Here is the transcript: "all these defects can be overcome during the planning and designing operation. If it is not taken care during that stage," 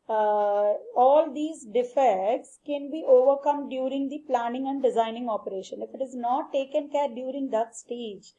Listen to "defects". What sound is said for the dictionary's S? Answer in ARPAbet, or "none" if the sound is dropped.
S